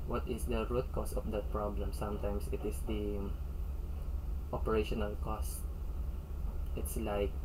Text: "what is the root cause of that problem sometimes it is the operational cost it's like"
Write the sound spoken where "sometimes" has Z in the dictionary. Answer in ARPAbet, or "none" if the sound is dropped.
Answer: S